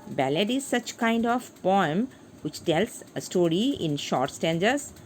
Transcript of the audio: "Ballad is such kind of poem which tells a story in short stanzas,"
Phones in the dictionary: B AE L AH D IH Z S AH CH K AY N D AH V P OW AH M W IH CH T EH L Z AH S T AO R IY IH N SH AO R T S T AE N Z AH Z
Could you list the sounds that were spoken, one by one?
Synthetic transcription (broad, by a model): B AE L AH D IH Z S AH CH K AY N D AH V P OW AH M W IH CH T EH L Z AH S T AO R IY IH N SH AO R T S T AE N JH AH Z